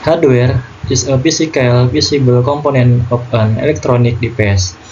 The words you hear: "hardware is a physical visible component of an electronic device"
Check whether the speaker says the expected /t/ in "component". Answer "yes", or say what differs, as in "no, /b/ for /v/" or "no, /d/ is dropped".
no, /t/ is dropped